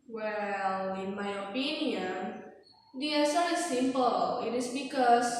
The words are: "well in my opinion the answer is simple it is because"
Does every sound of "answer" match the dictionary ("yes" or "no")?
no